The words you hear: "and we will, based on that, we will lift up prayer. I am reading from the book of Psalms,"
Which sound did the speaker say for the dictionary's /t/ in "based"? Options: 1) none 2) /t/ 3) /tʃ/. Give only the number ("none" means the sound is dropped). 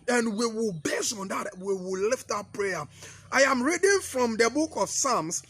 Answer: 1